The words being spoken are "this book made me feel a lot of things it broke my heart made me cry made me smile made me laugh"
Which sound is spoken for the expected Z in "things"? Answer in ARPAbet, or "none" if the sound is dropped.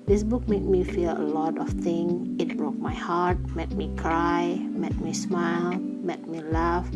none